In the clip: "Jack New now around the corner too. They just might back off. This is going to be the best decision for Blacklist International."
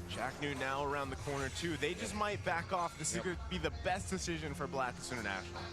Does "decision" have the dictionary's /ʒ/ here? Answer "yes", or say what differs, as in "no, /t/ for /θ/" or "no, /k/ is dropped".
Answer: yes